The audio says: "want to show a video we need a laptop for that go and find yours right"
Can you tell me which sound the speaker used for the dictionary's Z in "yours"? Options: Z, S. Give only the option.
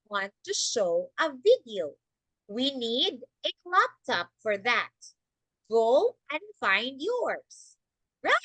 S